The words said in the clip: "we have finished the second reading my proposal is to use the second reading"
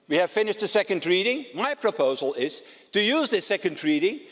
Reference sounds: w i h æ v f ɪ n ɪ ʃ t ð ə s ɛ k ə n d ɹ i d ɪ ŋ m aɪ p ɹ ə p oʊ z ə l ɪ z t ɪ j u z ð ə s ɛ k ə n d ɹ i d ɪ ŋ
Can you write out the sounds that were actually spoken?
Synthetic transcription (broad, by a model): w i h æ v f ɪ n ɪ ʃ t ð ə s ɛ k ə n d ɹ i d ɪ ŋ m aɪ p ɹ ə p oʊ z ə l ɪ z t ɪ j u z ð ə s ɛ k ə n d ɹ i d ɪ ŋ